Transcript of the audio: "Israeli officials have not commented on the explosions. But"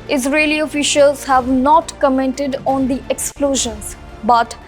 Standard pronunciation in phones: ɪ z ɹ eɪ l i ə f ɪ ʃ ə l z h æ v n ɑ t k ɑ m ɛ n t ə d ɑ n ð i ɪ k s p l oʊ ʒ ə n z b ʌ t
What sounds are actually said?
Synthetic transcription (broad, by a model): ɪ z ɹ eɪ l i ə f ɪ ʃ ə l z h æ v n ɑ t k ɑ m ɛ n t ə d ɑ n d i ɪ k s p l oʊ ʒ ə n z b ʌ t